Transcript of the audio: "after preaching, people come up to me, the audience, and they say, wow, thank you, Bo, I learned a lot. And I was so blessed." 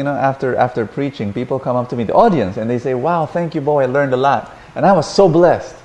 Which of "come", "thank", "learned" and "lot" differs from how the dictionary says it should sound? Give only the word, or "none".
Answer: none